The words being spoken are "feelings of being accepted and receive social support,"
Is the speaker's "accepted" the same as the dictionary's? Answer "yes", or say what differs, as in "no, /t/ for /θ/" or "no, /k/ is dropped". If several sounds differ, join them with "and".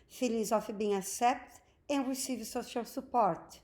no, /k/ is dropped